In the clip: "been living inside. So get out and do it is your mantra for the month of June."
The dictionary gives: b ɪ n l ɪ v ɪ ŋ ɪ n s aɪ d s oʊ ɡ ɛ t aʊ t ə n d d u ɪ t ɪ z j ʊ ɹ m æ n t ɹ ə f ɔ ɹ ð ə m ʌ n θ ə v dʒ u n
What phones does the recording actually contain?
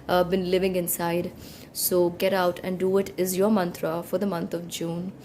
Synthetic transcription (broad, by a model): b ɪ n l ɪ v ɪ ŋ ɪ n s aɪ d s oʊ ɡ ɛ t aʊ t ə n d d u ɪ t ɪ z j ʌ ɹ m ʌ n t ɹ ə f ɔ ɹ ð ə m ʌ n t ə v dʒ u n